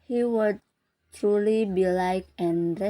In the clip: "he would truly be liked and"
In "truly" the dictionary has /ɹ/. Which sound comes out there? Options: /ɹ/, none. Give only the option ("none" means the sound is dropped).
/ɹ/